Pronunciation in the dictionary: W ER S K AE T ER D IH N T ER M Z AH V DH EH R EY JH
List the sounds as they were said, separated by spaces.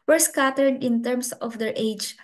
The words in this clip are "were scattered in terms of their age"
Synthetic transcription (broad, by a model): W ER S K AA T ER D IH N T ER M S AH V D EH R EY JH